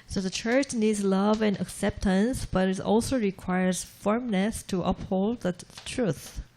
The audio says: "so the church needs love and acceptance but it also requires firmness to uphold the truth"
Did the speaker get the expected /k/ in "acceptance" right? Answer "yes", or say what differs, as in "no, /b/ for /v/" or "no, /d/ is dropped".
yes